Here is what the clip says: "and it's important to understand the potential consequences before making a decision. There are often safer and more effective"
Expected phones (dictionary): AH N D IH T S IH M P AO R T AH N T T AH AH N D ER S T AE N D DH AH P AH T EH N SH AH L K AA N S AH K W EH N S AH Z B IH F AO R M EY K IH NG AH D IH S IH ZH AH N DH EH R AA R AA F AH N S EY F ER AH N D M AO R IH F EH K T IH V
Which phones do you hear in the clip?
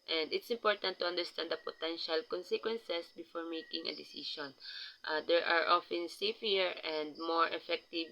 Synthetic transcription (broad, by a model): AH N D IH T S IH M P AO R T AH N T T AH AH N D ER S T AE N D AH P AH T EH N SH AH L K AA N S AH K W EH N S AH S B IH F AO R M EY K IH NG AH D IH S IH SH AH N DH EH R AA R AA F AH N S EY F ER AH N D M AO R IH F EH K T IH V